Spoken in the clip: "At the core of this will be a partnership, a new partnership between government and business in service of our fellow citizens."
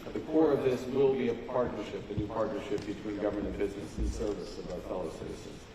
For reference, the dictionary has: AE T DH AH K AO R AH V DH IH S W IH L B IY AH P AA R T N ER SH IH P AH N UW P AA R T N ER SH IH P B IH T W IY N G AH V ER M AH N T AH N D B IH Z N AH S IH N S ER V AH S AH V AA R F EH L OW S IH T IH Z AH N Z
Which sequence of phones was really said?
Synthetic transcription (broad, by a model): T DH AH K AO R AH V DH IH S W IH L B IY AH P AA R T N ER SH IH P AH N UW P AA R T N ER SH IH P B IH T W IY N G AH V ER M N AH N B IH Z N AH S IH N S ER V AH S AH V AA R F EH L OW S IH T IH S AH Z